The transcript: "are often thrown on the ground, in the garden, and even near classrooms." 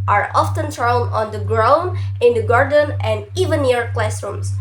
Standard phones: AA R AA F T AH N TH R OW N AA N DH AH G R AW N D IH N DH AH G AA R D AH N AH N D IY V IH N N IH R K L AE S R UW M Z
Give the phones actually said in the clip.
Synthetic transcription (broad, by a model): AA R AA F T AH N T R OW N AA N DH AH G R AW N IH N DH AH G AA R D AH N AH N D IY V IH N N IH R K L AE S R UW M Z